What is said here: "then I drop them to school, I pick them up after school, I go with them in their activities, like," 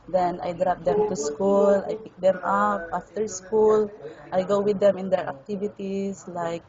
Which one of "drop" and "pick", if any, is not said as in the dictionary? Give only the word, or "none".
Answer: none